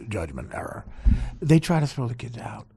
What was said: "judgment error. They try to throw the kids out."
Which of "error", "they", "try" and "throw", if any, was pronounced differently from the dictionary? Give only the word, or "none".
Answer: throw